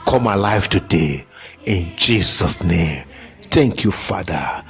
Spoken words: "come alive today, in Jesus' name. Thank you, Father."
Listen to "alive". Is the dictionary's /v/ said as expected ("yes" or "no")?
no